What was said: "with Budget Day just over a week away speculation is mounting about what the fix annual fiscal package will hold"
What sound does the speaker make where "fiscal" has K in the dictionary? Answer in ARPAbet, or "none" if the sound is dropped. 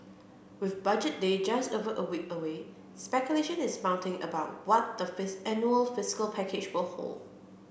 K